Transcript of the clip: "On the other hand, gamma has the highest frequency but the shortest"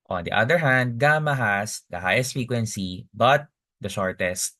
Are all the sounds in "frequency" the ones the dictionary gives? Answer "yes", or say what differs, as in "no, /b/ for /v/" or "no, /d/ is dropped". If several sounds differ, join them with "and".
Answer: no, /ɹ/ is dropped